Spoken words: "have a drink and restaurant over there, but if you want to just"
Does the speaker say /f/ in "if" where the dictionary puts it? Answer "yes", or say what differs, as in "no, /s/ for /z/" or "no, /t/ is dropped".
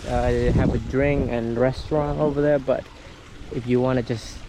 yes